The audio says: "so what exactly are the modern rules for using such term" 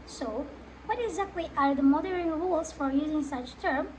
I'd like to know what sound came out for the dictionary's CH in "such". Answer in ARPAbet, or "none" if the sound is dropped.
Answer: CH